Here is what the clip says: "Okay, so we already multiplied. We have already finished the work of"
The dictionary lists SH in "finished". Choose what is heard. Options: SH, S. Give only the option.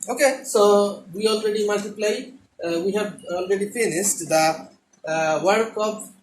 S